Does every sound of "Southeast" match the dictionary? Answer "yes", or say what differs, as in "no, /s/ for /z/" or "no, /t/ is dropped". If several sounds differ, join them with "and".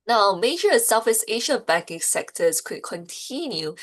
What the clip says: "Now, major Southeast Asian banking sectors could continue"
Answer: no, /f/ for /θ/ and /t/ is dropped